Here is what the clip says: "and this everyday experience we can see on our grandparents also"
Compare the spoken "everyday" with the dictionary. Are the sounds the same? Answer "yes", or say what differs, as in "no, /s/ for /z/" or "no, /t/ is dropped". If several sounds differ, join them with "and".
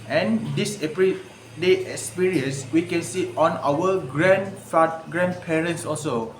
no, /p/ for /v/